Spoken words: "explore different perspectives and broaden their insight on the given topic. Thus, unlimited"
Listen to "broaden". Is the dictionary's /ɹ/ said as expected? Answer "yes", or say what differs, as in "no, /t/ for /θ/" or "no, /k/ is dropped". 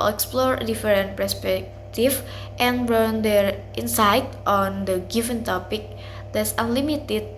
no, /ɹ/ is dropped